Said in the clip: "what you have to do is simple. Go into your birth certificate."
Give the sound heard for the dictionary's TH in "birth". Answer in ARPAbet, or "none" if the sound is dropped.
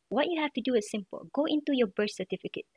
S